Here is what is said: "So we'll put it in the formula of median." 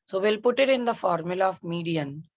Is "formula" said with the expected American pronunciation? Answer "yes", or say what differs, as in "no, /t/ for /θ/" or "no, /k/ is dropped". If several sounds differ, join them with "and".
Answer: yes